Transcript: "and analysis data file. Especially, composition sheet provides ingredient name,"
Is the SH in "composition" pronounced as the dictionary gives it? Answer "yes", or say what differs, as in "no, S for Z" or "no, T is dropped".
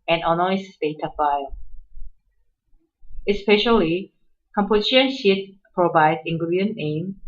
no, SH is dropped